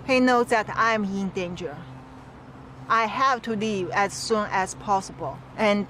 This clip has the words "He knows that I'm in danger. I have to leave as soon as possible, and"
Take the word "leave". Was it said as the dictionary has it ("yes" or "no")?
no